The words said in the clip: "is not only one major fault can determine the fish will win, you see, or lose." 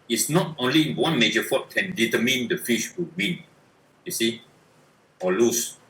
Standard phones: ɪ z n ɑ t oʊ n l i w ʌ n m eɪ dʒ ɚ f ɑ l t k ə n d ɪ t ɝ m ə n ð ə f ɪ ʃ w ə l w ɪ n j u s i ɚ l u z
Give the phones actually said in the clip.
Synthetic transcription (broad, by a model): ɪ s n ɑ t oʊ n l i w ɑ n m eɪ dʒ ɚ f ɑ t k ə n d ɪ t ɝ m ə n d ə f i ʃ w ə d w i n j u s i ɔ l u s